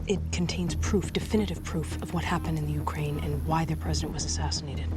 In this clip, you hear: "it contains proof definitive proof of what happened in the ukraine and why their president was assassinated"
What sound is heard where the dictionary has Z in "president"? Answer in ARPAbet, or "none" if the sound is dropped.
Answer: Z